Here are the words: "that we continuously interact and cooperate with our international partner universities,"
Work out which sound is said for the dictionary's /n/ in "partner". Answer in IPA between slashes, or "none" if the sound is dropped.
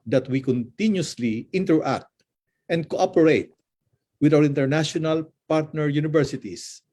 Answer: /n/